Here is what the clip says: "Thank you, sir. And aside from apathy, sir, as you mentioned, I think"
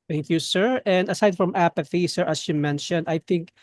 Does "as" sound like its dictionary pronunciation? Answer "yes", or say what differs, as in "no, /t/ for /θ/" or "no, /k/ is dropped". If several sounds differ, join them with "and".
no, /s/ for /z/